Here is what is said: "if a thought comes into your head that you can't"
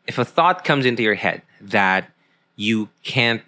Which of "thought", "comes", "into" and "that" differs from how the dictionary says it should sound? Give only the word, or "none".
none